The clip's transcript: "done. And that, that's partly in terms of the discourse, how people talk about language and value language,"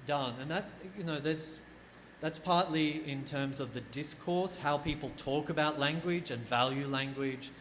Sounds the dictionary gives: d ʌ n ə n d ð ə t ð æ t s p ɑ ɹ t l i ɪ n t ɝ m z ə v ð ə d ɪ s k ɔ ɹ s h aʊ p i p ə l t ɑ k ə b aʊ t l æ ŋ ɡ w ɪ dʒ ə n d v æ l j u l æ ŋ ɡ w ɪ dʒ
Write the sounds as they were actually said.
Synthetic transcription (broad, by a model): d ʌ n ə n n ð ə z ð æ t s p ɑ ɹ t l i ɪ n t ɝ m z ə v ð ə d ɪ s k ɔ ɹ s h aʊ p i p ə l t ɑ k ə b aʊ t l æ ŋ ɡ w ɪ dʒ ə n v æ l j u l æ ŋ ɡ w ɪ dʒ